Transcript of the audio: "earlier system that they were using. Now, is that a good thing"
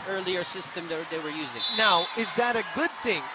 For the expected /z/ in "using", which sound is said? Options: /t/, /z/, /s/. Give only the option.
/z/